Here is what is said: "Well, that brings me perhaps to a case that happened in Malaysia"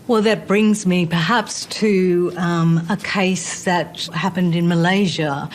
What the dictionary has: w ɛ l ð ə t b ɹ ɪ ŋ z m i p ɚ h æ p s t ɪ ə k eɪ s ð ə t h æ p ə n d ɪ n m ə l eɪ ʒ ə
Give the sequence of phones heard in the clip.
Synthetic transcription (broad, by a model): w ɛ l ð ə t b ɹ ɪ ŋ z m i p ɚ h æ p s t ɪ ə k eɪ s ð ə t h æ p ə n d ɪ n m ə l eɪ ʒ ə